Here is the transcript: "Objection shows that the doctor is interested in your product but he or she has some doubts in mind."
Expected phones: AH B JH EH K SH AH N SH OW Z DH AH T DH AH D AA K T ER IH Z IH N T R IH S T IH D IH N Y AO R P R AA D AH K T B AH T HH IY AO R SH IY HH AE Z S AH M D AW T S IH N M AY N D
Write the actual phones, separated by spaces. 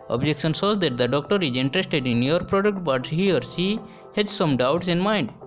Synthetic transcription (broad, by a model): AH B JH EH K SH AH N S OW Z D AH T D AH D AA K T ER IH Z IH N T R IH S T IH D IH N Y AO R P R AA D AH K T B AH T HH IY AO R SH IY HH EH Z S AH M D AW T S IH N M AY N D